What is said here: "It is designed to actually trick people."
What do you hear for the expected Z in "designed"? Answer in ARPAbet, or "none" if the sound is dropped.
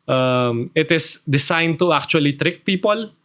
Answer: S